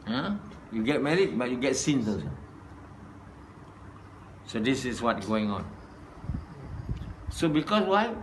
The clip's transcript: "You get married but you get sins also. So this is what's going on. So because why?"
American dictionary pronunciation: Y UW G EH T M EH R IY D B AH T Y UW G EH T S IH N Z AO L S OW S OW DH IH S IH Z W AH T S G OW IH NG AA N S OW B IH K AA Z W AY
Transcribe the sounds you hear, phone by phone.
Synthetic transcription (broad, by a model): Y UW G EH T M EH R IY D B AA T Y UW G EH T S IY N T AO S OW S OW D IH S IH S W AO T G OW IH NG AA N S OW B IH K AA S W AY